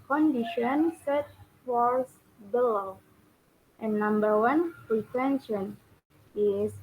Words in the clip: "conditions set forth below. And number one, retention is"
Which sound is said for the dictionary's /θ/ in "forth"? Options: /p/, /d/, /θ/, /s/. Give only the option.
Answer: /s/